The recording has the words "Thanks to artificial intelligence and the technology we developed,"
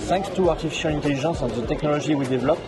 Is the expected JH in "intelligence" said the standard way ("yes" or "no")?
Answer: no